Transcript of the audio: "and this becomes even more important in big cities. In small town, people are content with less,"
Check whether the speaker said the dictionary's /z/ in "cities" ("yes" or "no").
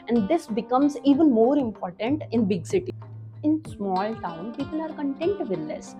no